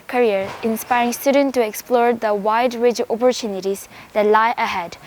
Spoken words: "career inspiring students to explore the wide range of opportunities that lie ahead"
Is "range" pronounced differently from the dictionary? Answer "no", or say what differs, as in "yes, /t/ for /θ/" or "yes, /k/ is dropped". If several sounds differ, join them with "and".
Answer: yes, /n/ is dropped